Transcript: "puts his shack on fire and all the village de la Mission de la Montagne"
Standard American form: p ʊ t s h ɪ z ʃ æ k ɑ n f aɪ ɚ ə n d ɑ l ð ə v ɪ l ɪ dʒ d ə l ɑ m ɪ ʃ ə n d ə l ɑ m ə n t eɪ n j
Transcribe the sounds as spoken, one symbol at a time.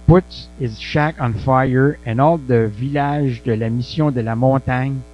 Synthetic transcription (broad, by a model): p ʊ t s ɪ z ʃ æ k ɑ n f aɪ ɚ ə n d ɑ l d ə v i l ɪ ʒ d ə l ɑ m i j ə d ə l ɑ m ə t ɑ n